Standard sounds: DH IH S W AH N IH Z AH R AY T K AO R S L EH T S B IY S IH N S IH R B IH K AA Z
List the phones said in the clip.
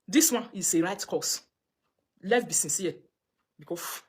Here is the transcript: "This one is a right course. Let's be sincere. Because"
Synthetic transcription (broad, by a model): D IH S W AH N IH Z AH R AY T K AO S L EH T B IY S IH N S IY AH B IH K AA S